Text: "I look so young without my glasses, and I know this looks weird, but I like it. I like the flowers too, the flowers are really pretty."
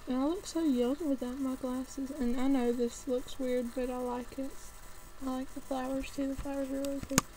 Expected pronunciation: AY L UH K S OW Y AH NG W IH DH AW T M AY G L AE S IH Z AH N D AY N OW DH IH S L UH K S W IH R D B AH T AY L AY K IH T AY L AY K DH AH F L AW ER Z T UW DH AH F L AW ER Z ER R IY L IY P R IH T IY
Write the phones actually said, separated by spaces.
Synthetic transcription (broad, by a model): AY L UH K S OW Y AH NG W IH DH AW T M AY G L AE S IH Z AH N AY N OW DH IH S L UH K S W IH R D B AH T AY L AY K IH T AY L AY K DH AH F L AW ER Z T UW DH AH F L AW ER Z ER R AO IY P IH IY